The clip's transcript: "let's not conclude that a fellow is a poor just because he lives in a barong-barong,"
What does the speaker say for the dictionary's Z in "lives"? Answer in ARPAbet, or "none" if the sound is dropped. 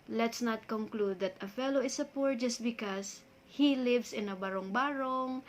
S